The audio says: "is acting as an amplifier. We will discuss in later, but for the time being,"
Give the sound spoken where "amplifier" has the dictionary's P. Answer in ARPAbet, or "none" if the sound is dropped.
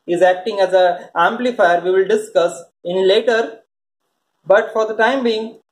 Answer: P